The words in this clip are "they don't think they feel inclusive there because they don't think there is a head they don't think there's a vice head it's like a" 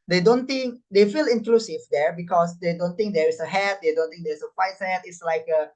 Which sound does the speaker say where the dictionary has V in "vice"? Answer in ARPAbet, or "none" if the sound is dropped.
F